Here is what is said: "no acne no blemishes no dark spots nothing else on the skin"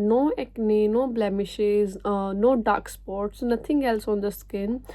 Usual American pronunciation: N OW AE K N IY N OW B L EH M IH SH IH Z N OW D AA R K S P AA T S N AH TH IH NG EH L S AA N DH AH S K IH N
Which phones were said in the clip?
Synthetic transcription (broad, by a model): N OW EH K N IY N OW B L EH M IH SH IH Z N OW D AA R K S P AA T S N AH T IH NG EH L S AA N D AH S K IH N